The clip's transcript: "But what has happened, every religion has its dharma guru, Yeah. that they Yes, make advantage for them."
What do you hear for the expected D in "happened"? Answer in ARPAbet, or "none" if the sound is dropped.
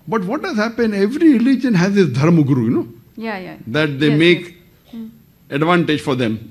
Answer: none